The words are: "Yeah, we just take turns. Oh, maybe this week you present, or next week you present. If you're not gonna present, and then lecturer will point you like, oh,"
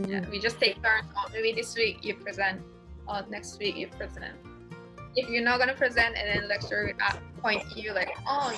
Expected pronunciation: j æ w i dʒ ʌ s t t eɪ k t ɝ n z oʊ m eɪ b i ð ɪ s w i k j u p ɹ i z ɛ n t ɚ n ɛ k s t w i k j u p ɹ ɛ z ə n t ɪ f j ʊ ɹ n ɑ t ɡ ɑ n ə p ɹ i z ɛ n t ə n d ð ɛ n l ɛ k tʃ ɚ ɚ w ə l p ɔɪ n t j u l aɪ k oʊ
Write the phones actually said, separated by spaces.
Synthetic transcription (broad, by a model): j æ w i dʒ ʌ s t t eɪ k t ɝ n oʊ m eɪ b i ð ɪ s w i k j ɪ p ɹ i z ɛ n t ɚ n ɛ k s t w i k j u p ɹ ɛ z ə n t ɪ f j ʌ ɹ n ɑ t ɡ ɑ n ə p ɹ i z ɛ n t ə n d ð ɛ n l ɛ k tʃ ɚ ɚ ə p ɔɪ n t j u l aɪ k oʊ